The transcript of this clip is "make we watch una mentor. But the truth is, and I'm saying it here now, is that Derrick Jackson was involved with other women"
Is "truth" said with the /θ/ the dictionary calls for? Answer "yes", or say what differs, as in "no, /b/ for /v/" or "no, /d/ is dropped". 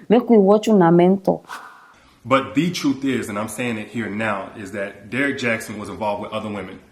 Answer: yes